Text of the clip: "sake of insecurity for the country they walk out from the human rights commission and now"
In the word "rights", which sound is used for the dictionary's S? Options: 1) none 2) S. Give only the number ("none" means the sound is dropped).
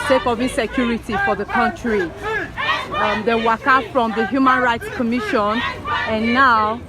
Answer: 2